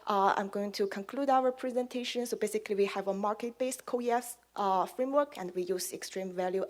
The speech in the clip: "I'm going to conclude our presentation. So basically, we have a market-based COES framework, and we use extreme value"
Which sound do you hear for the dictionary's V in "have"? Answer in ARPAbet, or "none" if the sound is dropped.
V